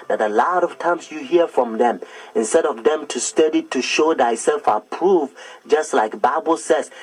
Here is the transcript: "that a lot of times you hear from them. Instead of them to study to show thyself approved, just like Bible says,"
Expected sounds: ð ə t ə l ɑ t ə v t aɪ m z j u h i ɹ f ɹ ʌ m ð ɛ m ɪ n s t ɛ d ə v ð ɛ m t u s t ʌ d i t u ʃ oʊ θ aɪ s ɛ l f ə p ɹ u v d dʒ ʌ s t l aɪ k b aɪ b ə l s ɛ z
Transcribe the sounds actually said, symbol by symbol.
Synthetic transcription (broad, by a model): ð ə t ə l ɑ t ə v t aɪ m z j u h i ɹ f ɹ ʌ m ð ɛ m ɪ n s t ɛ d ə v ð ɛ m t u s t ʌ d i t u ʃ oʊ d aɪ s ɛ l f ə p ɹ u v dʒ ʌ s t l aɪ k b aɪ b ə l s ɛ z